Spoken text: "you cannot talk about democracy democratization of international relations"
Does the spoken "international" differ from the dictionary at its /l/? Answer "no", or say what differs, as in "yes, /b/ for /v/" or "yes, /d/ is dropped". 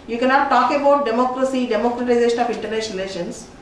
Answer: yes, /n/ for /l/